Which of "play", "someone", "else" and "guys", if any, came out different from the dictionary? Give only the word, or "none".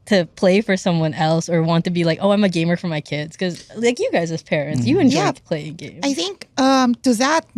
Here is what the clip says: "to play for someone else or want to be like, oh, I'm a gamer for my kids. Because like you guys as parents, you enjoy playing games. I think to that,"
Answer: none